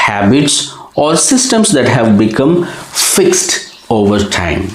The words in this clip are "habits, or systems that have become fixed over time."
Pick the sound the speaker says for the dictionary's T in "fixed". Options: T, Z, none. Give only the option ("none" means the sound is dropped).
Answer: T